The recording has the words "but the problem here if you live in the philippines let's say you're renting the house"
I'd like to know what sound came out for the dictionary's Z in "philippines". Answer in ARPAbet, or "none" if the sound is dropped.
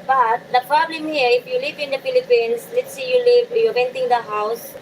S